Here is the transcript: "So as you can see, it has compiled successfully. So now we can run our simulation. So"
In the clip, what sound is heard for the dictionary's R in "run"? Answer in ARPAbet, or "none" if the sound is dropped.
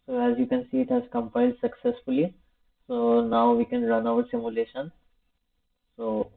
R